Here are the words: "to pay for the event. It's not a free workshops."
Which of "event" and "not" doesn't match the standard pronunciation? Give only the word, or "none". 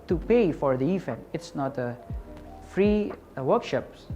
event